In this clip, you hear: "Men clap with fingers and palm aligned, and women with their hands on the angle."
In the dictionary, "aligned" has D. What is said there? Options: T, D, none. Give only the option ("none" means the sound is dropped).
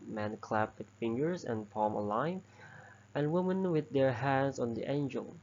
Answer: none